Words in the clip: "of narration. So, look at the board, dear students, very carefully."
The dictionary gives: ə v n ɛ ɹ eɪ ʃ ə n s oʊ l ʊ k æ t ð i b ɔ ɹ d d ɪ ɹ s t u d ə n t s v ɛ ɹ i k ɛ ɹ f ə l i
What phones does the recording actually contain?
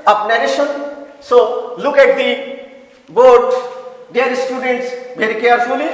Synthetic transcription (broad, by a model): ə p n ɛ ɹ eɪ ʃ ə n s oʊ l ʊ k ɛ t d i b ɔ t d d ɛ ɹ s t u d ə n t s b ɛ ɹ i k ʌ ɹ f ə l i